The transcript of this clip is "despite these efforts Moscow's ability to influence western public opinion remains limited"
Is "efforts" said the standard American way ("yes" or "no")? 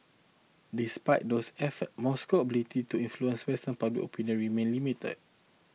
no